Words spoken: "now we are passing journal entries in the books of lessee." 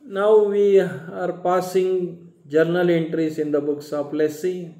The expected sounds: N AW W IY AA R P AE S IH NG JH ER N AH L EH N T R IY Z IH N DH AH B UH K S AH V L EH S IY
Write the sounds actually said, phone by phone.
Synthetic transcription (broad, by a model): N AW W IY AA R P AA S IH NG JH ER N AH L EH N T R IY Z IH N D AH B UH K S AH P L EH S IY